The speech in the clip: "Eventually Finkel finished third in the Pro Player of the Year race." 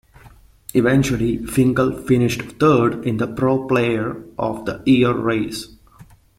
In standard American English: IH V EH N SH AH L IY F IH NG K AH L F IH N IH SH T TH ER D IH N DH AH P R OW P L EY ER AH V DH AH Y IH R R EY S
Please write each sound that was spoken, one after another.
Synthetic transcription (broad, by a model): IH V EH N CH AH L IY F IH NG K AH L F IH N IH SH T T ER D IH N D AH P R OW P L EY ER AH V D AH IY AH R R EY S